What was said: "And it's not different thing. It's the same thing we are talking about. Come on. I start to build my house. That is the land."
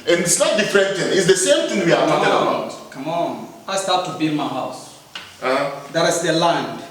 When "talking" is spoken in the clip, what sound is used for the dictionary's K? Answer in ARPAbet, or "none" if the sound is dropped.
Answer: none